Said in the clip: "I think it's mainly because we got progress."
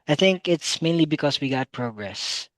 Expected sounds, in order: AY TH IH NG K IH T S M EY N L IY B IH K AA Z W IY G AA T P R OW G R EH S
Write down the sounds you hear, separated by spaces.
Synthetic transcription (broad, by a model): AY TH IH NG K IH T S M EY N L IY B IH K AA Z W IY G AA T P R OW G R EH S